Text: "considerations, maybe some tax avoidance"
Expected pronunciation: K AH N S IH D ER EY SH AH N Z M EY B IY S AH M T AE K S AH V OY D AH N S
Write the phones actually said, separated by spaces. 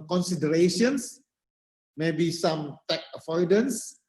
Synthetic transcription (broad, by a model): K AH N S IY D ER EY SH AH N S M EY B IY S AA M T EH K AH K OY D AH N S